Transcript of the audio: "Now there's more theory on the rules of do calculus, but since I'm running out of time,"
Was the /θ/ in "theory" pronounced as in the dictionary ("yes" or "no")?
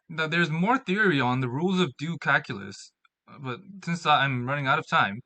yes